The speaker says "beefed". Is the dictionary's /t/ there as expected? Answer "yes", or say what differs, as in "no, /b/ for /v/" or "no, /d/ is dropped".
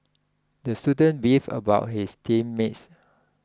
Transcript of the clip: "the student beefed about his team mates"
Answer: no, /t/ is dropped